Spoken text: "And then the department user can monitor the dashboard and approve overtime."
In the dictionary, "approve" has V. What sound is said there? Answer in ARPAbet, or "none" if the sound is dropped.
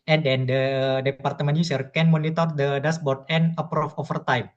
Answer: F